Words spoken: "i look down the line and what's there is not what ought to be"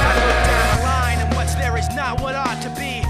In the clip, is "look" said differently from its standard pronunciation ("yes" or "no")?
yes